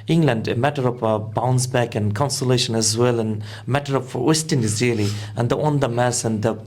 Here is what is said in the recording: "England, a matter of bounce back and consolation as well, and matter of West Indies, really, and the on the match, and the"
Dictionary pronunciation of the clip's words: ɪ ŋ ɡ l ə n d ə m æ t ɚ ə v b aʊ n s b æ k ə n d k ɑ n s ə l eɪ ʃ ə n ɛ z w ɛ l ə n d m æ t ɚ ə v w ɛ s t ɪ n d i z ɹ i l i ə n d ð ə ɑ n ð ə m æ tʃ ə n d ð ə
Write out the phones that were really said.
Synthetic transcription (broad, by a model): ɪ ŋ ɡ l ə n d ə m æ t ɚ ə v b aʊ n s b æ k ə n k ɑ n s ə l eɪ ʃ ə n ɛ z w ɛ l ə n m æ t ɚ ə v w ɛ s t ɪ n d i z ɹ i l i ə n d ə ɑ n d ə m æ s ə n d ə